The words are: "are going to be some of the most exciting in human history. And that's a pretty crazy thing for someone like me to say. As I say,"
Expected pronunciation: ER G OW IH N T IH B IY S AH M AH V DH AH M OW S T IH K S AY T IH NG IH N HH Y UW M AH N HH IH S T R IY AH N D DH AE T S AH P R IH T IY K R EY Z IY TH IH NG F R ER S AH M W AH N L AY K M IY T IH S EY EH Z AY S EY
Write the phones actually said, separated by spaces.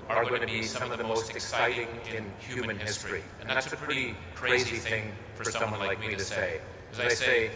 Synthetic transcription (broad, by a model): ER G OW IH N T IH B IY S AH M AH V DH AH M OW S T IH K S AY T IH NG IH N HH Y UW M AH N HH IH S T R IY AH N DH AE T S AH P R IH T IY K R EY Z IY TH IH NG F R ER S AH M W AH N L AY K M IY T IH S EY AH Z AY S EY